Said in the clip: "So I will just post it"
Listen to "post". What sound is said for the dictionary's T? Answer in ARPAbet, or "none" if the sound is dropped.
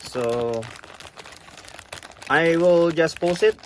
none